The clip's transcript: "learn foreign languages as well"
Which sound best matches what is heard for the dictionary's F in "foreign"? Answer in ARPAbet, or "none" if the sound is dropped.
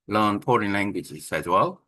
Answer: P